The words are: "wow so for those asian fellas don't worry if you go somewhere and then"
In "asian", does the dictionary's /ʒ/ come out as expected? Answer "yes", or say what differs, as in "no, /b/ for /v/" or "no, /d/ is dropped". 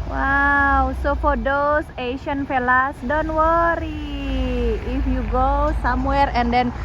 no, /ʃ/ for /ʒ/